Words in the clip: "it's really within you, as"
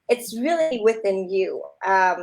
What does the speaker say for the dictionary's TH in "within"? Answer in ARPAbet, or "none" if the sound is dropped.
TH